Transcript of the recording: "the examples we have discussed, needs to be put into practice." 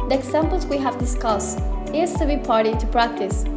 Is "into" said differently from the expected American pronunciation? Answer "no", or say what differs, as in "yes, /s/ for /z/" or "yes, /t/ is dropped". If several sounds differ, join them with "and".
yes, /n/ is dropped